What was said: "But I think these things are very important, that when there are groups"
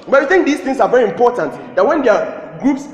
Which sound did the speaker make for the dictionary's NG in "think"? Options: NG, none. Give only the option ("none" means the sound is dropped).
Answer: NG